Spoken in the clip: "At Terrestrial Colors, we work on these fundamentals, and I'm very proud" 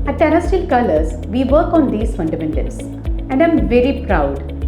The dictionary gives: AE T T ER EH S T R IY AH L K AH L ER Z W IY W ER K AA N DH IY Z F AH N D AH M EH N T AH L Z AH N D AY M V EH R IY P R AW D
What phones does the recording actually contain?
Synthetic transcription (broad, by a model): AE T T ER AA S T IY L K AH L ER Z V IY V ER K AA N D IY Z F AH N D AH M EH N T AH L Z AH N D AY M V EH R IY P R AW D